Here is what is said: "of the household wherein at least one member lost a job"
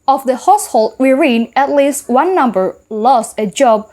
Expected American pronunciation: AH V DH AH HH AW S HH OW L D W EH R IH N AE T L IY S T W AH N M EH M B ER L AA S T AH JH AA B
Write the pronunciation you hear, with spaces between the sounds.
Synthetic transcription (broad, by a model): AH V DH AH HH AW S HH OW L D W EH R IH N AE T L IY S T W AH N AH M B ER L AA S T AH JH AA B